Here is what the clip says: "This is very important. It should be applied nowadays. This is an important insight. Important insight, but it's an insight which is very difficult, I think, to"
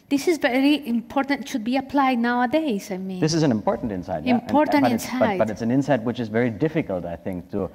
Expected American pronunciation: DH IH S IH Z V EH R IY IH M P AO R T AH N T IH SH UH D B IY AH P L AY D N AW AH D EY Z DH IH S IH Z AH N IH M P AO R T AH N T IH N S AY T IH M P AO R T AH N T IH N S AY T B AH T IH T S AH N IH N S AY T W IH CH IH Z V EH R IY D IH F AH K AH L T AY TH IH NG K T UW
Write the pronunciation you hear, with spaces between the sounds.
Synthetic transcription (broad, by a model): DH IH S IH Z V EH R IY IH M P AO R T AH N T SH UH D B IY AH P L AY D N AW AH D EY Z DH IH S IH Z AH N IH M P AO R T N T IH N S AY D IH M P AO R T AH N IH N S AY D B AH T IH T S AH N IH N S AY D W IH CH IH Z V EH R IY D IH F AH K AH L T AY TH IH NG K T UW